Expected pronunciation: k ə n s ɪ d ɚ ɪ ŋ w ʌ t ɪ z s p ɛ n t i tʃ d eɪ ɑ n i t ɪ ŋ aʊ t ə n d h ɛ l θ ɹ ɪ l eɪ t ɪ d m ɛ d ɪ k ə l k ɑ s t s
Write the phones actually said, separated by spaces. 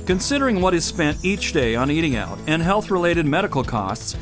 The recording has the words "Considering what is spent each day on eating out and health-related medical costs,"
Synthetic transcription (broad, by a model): k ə n s ɪ d ɚ ɪ ŋ w ʌ t ɪ z s p ɛ n t i tʃ d eɪ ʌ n i t ɪ ŋ aʊ t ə n h ɛ l θ ɹ ɪ l eɪ t ɪ d m ɛ d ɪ k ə l k ɑ s t s